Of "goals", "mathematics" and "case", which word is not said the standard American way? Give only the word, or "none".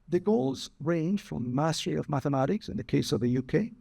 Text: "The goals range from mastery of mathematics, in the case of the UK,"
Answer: none